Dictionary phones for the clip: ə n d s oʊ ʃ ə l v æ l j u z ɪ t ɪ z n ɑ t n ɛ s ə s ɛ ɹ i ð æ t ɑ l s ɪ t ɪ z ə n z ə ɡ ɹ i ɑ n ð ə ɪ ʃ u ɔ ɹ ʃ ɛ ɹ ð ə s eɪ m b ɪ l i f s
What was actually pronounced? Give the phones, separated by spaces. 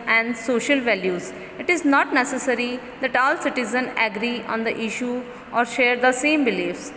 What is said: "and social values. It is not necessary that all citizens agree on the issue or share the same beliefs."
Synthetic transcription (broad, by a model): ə n d s oʊ ʃ ə l v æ l j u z ɪ t ɪ z n ɑ t n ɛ s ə s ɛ ɹ i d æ t ɑ l s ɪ t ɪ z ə n ə ɡ ɹ i ɑ n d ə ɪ ʃ u ɔ ɹ ʃ ɛ ɹ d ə s eɪ m b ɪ l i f s